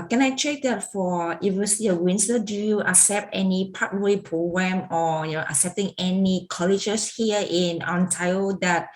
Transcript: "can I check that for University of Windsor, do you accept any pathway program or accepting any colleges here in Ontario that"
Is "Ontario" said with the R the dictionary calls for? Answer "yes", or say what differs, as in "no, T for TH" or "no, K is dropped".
no, R is dropped